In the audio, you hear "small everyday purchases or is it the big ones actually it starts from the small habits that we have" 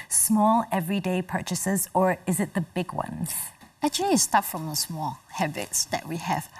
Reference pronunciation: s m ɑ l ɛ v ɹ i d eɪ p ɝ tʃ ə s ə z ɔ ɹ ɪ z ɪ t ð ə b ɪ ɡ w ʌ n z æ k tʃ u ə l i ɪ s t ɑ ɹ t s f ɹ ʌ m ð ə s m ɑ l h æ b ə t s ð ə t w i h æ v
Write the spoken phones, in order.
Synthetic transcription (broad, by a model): s m ɑ l ɛ v ɹ i d eɪ p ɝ tʃ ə s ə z ɔ ɹ ɪ z ɪ t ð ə b ɪ ɡ w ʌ n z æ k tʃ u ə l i s t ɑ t f ɹ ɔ m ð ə s m ɑ l h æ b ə t s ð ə t w i h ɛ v